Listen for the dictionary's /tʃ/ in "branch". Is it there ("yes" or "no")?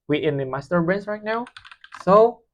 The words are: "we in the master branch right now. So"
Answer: no